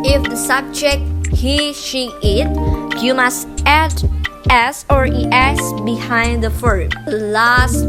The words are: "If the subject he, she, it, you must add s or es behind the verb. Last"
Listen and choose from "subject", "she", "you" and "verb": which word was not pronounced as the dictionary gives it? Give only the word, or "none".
verb